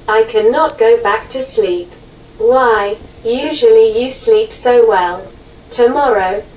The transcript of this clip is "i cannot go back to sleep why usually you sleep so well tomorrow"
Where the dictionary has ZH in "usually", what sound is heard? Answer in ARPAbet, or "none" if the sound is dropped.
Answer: ZH